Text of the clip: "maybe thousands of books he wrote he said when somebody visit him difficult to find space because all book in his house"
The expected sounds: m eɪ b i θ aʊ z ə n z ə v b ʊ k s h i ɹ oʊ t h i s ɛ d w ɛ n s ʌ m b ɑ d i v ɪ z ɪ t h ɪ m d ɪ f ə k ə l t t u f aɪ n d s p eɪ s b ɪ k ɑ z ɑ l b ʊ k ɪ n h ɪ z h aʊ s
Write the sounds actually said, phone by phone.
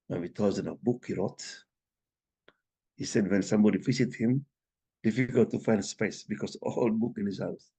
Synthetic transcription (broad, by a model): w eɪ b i t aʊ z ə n ə b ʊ k h i ɹ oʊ t h i s ɛ d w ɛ n s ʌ m b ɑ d i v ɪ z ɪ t h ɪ m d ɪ f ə k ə l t t u f aɪ n d s p eɪ s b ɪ k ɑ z ɑ l b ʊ k ɪ n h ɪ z h aʊ s